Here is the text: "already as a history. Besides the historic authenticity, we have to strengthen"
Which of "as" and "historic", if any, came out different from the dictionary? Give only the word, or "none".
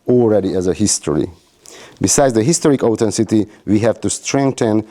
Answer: none